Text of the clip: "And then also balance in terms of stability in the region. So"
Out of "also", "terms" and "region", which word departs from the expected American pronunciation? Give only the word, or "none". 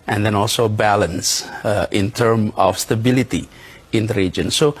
terms